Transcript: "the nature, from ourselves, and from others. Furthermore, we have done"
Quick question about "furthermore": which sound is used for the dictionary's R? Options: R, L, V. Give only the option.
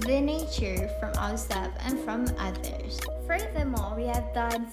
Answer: L